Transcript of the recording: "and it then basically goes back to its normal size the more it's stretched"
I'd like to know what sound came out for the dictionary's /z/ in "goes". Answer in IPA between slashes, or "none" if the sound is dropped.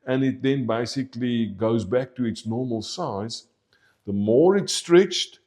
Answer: /z/